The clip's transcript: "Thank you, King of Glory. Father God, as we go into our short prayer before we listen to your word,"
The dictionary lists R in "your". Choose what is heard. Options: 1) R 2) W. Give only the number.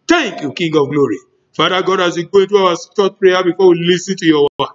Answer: 2